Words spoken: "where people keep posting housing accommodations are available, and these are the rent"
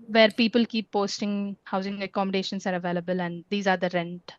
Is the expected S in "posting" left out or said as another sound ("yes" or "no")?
no